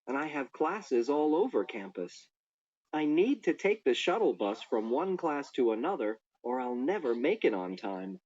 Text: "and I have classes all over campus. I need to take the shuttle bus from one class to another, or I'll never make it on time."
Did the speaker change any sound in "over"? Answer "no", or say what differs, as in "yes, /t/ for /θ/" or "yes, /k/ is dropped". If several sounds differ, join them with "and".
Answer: no